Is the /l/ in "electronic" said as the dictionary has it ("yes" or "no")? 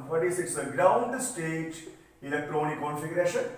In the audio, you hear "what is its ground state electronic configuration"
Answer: no